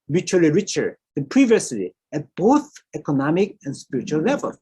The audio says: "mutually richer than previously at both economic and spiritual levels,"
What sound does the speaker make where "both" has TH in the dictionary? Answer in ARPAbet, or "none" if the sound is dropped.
TH